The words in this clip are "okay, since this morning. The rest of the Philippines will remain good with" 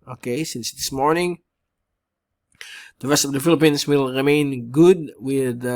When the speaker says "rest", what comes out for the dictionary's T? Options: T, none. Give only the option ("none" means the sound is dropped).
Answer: T